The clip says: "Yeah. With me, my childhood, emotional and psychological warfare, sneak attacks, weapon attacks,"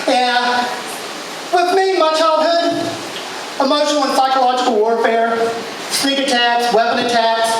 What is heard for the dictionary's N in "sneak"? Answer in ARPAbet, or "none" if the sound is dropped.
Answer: L